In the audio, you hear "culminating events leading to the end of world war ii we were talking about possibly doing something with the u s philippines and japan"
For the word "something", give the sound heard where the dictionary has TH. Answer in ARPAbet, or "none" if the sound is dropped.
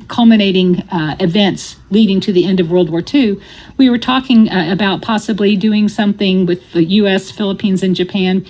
TH